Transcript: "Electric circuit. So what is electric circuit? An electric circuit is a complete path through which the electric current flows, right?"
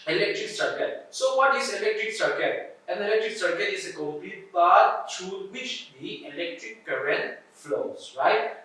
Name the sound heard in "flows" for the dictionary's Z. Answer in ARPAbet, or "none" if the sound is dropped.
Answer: S